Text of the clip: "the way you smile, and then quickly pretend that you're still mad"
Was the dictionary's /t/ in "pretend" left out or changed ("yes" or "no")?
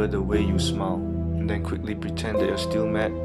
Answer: no